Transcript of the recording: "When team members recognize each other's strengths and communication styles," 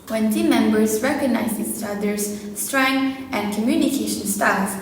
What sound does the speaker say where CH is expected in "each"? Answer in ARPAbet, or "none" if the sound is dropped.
S